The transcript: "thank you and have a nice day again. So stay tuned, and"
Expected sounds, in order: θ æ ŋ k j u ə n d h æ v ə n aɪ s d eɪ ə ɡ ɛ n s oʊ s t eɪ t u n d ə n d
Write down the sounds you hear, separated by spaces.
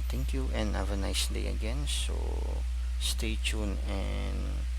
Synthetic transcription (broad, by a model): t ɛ ŋ k j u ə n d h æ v ə n aɪ s d eɪ ə ɡ ɛ n s oʊ s t eɪ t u n ə n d